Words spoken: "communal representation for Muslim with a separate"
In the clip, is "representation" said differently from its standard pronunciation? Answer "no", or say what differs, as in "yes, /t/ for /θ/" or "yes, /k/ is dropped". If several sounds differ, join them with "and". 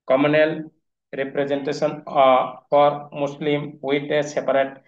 yes, /s/ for /ʃ/